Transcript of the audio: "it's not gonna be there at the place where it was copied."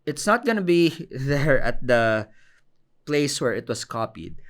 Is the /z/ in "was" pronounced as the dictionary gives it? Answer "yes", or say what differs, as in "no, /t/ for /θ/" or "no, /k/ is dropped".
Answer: no, /s/ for /z/